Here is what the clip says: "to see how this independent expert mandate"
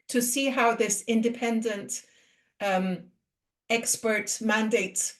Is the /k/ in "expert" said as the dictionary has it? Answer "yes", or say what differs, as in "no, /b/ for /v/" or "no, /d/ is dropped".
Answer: yes